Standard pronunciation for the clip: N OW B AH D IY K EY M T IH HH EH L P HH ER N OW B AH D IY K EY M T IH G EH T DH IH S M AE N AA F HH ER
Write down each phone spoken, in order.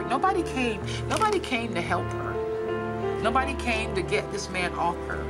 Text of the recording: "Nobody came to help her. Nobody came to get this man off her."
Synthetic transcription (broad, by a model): N OW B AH D IY K EY M T IH HH EH L P HH ER N OW B AH D IY K EY M T IH G EH T DH IH S M AE N AA F HH ER